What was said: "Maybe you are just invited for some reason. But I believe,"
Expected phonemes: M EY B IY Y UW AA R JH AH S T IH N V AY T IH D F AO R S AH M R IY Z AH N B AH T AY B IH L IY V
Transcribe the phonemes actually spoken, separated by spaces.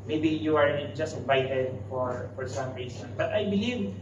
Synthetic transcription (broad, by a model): M EY B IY Y UW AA R JH AH S T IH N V AY T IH D F AO R S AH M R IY S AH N B AH T AY B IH L IY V